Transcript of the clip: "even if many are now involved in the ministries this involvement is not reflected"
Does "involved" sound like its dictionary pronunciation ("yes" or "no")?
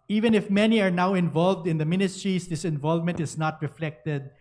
yes